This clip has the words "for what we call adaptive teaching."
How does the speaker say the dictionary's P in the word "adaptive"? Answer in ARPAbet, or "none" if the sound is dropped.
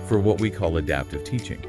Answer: P